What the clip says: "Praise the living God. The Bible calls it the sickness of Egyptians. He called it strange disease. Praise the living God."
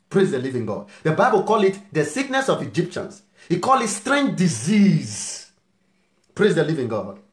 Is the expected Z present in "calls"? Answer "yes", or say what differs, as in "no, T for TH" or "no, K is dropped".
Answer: no, Z is dropped